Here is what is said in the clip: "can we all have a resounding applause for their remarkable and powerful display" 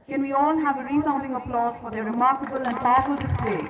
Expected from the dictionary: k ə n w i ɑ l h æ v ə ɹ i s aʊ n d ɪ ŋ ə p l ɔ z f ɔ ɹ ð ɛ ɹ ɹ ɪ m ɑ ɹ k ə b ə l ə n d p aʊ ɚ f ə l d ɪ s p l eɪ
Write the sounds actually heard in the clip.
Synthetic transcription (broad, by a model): k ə n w i ɑ l h æ v ə ɹ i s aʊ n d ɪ ŋ ə p l ɔ z f ɔ ɹ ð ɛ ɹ ɹ ɪ m ɑ ɹ k ə b ə l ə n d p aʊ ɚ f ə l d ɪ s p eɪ